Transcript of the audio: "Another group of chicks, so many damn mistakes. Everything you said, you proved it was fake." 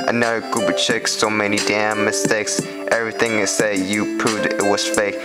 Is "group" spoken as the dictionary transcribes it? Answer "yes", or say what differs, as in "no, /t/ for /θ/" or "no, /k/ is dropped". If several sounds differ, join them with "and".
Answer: no, /ɹ/ is dropped and /b/ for /p/